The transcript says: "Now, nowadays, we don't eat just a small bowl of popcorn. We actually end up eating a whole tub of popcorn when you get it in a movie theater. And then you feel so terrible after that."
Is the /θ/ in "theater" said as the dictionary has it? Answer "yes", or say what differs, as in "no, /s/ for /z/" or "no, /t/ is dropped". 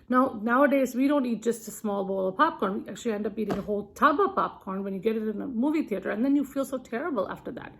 yes